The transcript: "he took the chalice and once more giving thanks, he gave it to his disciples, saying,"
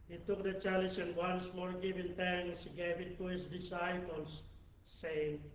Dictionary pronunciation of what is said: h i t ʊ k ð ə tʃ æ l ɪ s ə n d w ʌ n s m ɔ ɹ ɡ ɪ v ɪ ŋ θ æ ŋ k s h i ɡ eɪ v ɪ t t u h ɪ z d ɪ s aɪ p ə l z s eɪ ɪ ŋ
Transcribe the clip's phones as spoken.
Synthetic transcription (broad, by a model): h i t ʊ k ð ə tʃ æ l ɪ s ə n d w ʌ n s m ɔ ɹ ɡ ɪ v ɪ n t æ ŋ s h i ɡ eɪ v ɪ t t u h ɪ s d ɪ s aɪ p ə l s eɪ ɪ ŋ